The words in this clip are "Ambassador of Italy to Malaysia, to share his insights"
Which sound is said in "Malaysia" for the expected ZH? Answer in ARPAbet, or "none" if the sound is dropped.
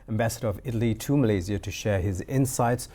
Z